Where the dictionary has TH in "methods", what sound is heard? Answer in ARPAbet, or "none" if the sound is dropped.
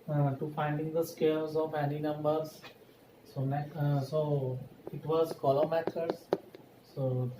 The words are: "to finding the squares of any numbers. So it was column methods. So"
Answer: T